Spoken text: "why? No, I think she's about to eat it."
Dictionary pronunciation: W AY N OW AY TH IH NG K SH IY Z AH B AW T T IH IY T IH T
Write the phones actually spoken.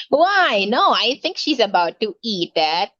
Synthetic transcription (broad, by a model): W AY N OW AY TH IH NG K SH IY Z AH B AW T T IH IY T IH T